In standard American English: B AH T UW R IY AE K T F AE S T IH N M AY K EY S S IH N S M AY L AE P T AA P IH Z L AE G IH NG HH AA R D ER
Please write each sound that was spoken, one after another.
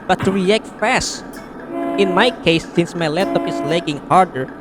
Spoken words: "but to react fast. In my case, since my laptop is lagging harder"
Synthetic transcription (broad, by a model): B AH T UW R IY AE K T F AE S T IH N M AY K EY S S IH N S M AY L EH T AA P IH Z L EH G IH NG HH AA R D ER